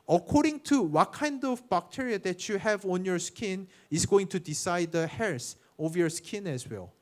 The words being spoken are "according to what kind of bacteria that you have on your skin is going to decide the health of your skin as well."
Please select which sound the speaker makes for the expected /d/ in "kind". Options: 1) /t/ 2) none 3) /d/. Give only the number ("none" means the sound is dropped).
3